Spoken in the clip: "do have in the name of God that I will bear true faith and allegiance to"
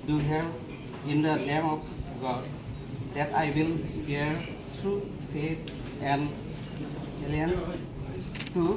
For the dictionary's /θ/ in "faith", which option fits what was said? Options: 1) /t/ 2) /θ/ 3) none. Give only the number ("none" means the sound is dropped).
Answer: 1